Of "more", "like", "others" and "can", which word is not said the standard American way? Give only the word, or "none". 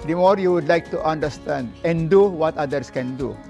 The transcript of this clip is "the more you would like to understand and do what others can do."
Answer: others